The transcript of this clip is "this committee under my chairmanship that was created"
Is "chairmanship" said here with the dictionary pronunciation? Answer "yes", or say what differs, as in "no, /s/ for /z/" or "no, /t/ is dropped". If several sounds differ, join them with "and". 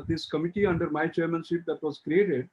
no, /s/ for /ʃ/